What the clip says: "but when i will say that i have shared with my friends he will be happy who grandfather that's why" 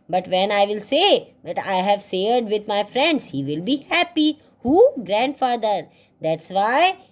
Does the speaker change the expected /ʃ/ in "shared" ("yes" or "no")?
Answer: yes